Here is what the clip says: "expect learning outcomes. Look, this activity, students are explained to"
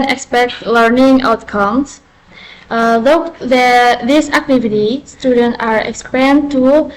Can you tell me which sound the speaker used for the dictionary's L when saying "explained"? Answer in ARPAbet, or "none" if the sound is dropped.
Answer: none